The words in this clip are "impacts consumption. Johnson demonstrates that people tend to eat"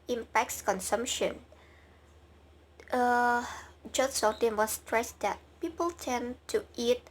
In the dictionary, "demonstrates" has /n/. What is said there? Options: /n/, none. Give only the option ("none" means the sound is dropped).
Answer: none